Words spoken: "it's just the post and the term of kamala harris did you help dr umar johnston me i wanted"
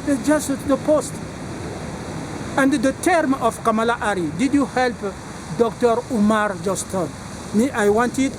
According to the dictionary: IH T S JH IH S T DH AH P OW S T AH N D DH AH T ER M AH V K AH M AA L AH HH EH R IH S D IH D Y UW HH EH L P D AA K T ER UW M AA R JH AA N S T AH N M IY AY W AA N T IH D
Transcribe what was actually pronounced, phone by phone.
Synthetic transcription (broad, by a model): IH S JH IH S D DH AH P OW S T AH N D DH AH T ER M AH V K AH M AA L AH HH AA R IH D IH D Y UW HH EH L P D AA K T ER UW M AA R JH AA S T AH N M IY AY W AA N T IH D